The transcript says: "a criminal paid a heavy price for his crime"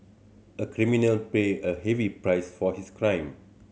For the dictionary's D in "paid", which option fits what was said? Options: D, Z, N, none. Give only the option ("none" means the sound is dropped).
none